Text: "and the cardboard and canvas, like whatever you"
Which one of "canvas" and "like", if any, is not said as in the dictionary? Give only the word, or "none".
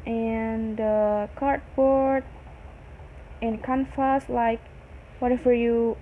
canvas